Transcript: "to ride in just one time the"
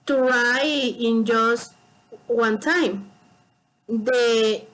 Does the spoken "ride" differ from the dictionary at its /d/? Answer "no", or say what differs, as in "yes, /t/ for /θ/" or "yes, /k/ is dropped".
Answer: yes, /d/ is dropped